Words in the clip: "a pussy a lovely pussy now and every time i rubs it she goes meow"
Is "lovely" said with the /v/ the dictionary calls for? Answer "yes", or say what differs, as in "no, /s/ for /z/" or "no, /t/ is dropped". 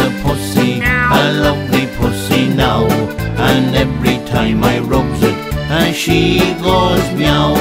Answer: yes